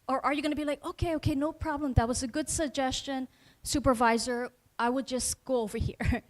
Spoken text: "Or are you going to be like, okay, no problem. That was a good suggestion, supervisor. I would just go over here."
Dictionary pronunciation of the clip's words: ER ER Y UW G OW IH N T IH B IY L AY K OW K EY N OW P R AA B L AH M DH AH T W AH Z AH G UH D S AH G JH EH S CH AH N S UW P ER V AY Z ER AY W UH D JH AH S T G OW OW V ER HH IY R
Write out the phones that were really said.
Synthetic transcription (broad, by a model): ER ER Y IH G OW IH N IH B IY L AY K OW K EY N OW P R AA B L AH M DH AH T W AH Z AH G UH D S AH G JH EH S CH AH N S UW P ER V AY Z ER AY W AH D JH AH S T G OW OW V ER HH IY R